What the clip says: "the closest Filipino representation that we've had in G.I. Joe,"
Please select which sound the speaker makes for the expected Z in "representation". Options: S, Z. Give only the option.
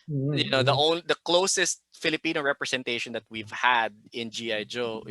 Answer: S